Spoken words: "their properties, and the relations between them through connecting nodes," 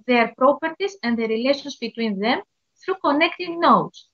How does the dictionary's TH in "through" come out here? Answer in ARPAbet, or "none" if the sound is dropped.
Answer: TH